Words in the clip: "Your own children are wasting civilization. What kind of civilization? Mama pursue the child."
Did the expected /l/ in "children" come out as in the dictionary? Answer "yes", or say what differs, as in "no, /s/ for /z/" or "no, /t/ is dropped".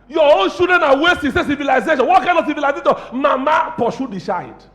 no, /l/ is dropped